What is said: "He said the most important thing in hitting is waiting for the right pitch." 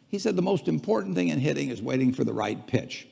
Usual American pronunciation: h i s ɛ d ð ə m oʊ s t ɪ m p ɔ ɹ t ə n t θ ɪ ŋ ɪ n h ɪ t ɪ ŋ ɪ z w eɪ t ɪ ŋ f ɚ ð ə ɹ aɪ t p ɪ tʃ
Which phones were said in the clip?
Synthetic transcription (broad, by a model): h i s ɛ d ð ə m oʊ s t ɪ m p ɔ ɹ t n θ ɪ ŋ ɪ n h ɪ t ɪ ŋ ɪ z w eɪ t ɪ ŋ f ɚ ð ə ɹ aɪ t p ɪ tʃ